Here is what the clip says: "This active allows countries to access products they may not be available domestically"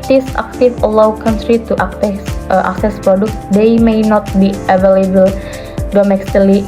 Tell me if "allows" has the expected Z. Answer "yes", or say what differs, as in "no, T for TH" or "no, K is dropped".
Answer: no, Z is dropped